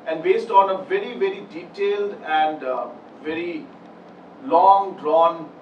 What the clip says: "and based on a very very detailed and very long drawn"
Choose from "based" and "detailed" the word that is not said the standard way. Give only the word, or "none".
none